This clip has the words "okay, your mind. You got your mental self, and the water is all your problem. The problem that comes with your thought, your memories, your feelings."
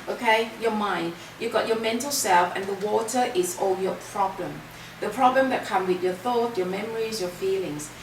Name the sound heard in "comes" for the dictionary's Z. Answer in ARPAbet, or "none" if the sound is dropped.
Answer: none